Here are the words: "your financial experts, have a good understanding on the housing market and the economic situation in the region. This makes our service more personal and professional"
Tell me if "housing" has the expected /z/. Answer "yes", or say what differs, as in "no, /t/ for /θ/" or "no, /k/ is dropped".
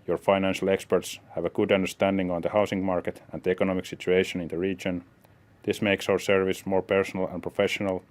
no, /s/ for /z/